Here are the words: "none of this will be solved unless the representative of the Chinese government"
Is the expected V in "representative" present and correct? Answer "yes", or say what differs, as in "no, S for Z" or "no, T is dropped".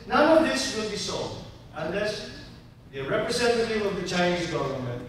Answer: no, W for V